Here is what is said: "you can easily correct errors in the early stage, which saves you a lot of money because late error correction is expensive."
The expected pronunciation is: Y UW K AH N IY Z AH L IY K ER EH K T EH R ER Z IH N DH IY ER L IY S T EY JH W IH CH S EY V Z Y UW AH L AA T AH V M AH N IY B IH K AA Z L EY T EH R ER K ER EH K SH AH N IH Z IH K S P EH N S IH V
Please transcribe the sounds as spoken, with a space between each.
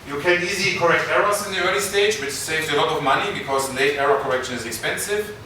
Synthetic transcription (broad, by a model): Y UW K AH N IY Z AH L IY K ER EH K T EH R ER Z IH N DH IY ER L IY S T EY JH W IH CH S EY V Z AH L AA T AH V M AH N IY B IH K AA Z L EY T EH R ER K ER EH K SH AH N IH Z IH K S P EH N S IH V